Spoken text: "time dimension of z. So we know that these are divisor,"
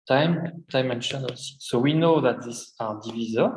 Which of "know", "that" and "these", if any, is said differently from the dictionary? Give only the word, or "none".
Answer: these